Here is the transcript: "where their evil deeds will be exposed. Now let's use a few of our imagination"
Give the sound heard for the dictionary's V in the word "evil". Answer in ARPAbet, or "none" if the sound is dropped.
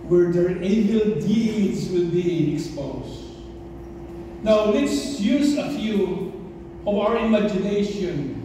B